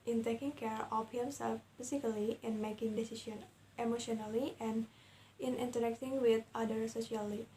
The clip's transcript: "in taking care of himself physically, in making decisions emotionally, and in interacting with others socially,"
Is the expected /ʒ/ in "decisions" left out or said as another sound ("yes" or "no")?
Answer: yes